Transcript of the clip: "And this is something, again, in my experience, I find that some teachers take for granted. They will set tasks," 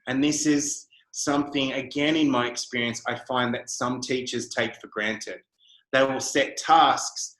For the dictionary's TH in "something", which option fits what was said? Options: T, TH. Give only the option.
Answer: TH